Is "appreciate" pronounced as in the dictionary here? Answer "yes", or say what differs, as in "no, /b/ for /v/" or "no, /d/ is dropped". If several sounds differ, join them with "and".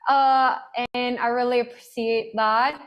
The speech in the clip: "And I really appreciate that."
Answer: no, /s/ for /ʃ/